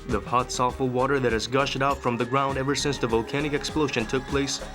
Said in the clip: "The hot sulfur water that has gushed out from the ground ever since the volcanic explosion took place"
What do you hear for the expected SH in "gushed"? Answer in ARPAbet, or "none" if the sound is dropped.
SH